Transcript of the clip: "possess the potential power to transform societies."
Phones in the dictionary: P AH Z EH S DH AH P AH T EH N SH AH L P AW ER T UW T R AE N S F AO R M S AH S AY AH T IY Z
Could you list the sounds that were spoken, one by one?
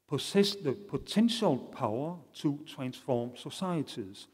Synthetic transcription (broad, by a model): P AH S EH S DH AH P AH S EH N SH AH L P AW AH S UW S R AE N S F AO M S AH S AY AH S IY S